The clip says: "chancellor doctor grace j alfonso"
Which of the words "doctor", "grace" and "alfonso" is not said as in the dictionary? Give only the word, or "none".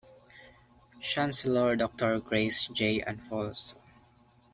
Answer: alfonso